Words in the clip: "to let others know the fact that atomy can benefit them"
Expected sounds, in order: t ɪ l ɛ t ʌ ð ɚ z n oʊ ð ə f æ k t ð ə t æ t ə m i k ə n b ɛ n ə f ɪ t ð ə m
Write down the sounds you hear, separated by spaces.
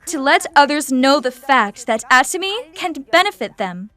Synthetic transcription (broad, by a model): t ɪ l ɛ t ʌ ð ɚ z n oʊ ð ə f æ k t ð ə t æ t ə m i k ə n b ɛ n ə f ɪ t ð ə m